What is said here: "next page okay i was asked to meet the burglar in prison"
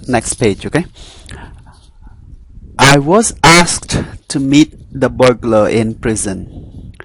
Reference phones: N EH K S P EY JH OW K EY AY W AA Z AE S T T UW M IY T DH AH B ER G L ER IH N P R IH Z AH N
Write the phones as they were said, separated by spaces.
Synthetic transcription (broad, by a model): N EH K S P EY JH OW K EY AY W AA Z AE S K T UW M IY T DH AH B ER G L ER IH N P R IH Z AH N